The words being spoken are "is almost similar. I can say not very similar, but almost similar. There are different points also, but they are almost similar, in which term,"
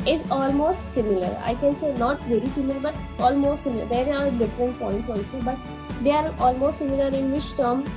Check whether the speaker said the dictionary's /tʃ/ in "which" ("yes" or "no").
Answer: no